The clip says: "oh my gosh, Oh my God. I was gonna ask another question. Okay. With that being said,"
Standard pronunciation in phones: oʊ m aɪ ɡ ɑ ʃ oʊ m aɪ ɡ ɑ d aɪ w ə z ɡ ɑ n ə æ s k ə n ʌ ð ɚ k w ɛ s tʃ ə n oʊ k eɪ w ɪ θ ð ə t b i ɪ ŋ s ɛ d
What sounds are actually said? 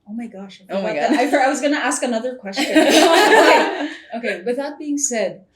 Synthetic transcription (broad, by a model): oʊ m aɪ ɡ ɑ ʃ oʊ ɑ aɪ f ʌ aɪ w ə z ɡ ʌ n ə æ s k ə n ʌ ð ɚ k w ɛ s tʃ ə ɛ oʊ k eɪ w ɪ θ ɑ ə t b i ɪ ŋ s ɛ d